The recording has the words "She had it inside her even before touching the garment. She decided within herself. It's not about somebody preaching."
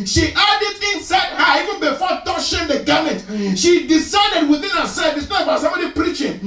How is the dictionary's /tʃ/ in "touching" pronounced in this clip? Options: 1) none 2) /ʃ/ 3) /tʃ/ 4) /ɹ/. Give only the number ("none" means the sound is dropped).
2